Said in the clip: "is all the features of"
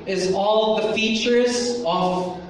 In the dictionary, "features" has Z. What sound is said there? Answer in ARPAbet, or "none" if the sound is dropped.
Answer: Z